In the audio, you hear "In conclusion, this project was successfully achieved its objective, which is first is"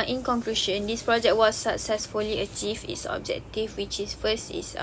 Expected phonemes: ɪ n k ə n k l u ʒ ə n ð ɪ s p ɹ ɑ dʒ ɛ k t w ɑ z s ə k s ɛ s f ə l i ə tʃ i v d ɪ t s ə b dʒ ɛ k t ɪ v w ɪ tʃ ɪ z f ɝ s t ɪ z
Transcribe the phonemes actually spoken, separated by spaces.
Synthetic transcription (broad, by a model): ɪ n k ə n k l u ʃ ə n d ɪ s p ɹ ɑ dʒ ɛ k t w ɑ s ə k s ɛ s f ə l i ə tʃ i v ɪ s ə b dʒ ɛ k t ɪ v w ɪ tʃ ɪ s f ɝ s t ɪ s